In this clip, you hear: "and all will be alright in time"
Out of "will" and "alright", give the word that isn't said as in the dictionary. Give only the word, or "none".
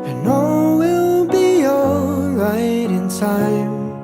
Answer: alright